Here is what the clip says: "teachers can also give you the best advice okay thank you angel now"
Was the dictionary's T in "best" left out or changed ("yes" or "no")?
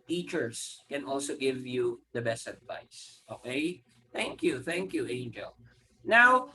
no